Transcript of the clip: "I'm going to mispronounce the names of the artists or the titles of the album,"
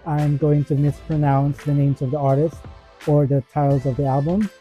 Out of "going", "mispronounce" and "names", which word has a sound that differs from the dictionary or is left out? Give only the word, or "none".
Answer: none